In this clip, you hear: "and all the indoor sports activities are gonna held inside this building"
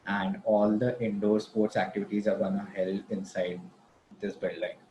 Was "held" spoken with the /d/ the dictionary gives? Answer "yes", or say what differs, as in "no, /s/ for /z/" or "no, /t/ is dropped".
no, /d/ is dropped